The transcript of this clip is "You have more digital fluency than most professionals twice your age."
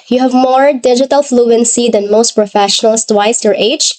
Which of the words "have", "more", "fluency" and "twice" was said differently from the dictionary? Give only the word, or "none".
none